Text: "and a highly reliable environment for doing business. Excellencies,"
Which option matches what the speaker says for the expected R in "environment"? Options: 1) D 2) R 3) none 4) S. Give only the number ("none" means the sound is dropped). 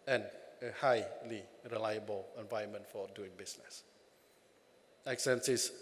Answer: 3